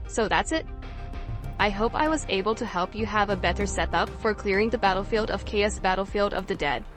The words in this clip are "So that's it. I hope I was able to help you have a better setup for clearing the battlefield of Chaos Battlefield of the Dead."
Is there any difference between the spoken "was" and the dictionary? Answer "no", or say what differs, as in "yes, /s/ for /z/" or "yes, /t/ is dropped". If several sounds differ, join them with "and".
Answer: no